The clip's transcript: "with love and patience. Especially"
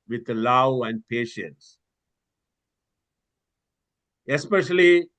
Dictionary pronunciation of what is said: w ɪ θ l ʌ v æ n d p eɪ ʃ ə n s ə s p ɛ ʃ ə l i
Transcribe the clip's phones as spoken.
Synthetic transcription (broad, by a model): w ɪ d l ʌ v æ n d p eɪ ʃ ə n s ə s p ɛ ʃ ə l i